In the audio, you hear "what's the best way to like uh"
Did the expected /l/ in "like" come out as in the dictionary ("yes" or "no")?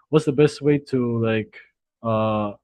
yes